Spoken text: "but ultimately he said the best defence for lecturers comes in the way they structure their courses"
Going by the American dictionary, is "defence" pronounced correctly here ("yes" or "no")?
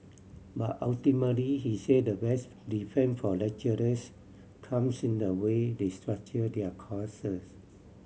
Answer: no